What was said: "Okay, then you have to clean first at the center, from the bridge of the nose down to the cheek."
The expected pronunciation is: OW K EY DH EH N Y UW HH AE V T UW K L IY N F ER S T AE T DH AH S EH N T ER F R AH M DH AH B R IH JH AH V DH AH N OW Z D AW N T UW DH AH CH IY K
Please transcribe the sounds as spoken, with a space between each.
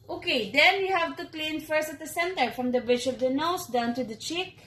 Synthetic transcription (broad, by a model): OW K EY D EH N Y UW HH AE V T UW K L IY N F ER S T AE T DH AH S EH N T ER F R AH M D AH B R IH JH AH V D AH N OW S D AW N T UW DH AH CH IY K